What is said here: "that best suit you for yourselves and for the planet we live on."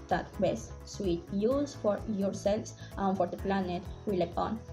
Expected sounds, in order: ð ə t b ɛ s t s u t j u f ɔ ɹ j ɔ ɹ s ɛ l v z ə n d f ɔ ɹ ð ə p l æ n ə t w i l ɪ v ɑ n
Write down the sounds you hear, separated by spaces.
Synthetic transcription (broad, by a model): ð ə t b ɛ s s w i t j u f ɔ ɹ j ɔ ɹ s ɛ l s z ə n f ɔ ɹ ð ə p l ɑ n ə t w i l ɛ p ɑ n